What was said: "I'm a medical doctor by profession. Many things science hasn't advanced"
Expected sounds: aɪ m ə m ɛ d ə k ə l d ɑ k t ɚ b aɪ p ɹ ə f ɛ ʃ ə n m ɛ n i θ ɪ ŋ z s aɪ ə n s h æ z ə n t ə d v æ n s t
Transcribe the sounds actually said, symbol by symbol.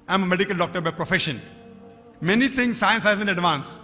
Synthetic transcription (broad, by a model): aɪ m ə m ɛ d ə k ə l d ɑ k t ɚ b aɪ p ɹ ə f ɛ ʃ ə n m ɛ n i t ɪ ŋ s s aɪ ə n s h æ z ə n ə d v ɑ n s